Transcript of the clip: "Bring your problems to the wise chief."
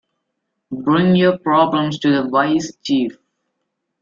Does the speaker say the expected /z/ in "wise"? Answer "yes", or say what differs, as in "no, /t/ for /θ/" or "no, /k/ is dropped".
no, /s/ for /z/